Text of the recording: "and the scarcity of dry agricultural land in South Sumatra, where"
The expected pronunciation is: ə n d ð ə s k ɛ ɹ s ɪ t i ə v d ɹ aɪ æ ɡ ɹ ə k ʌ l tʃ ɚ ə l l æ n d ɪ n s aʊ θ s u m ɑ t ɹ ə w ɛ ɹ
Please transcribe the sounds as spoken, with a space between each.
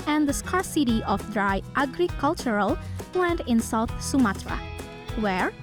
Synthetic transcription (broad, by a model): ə n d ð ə s k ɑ ɹ s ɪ t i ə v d ɹ aɪ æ ɡ ɹ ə k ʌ l tʃ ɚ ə l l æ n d ɪ n s aʊ θ s u m ɑ t ɹ ə w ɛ ɹ